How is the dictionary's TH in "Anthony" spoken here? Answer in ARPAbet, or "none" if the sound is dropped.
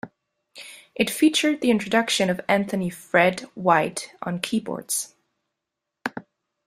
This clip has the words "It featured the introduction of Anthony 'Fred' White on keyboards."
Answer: TH